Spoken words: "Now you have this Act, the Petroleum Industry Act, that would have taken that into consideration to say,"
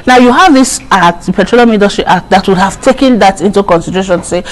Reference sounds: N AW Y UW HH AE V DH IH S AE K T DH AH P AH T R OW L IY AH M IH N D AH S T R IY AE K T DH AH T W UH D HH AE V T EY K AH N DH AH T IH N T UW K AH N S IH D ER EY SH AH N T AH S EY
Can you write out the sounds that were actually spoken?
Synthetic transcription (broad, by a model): N AW Y UW HH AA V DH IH S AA T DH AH P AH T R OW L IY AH M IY D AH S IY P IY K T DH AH T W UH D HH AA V T EY K AH N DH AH T IH N T UW K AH N S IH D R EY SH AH N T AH S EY